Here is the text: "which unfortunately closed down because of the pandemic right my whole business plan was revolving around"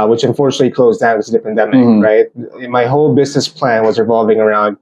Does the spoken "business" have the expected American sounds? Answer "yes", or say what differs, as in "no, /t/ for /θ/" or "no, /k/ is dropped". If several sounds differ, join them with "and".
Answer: yes